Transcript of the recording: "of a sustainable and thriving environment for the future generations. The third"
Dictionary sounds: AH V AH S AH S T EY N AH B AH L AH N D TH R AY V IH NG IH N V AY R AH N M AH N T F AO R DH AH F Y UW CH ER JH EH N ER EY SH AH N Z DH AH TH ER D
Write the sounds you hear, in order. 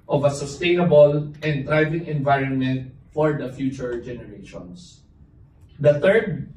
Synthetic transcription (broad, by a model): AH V AH S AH S T EY N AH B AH L AH N D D R AY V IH NG IH N V AY R AH N M AH N T F AO R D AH F Y UW CH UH JH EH N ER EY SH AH N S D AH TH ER D